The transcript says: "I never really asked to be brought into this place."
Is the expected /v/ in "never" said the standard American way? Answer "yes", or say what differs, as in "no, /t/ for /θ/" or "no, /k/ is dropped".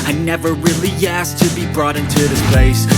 yes